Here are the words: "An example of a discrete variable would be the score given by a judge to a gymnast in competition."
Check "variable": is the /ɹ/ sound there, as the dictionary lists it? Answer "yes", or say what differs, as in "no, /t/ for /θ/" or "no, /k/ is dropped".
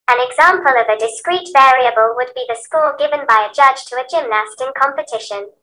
yes